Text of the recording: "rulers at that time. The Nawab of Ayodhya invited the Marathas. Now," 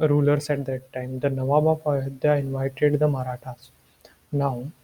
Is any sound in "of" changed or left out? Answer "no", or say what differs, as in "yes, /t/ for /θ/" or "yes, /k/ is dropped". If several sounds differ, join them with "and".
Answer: yes, /p/ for /v/